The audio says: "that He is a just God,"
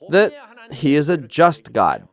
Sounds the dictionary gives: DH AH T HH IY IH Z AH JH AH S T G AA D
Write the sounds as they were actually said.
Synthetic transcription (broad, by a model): DH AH T HH IY IH Z AH JH AH S T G AA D